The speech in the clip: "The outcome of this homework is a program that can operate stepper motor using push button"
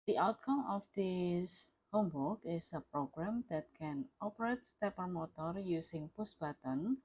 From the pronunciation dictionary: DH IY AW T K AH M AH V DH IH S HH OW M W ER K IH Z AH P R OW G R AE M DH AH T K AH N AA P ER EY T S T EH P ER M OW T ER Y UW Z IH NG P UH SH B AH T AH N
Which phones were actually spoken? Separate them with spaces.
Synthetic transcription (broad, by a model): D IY AW T K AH M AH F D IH S HH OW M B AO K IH S AH P R OW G R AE M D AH T K AH N AA P ER EY T S T EH P ER M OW T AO Y UW S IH NG P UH S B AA T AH N